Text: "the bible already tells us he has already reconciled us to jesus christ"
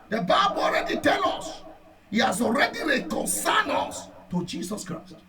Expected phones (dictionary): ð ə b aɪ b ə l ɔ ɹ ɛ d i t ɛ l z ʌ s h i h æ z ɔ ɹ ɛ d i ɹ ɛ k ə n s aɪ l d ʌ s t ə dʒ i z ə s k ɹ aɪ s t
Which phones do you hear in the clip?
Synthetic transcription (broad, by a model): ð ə b aɪ b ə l ɔ ɹ ɛ d i t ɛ l ɔ s h i h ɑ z ɔ ɹ ɛ d i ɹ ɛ k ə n s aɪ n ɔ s t ə dʒ i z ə s k ɹ aɪ s t